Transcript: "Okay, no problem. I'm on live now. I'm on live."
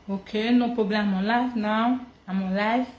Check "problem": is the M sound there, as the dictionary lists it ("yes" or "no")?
no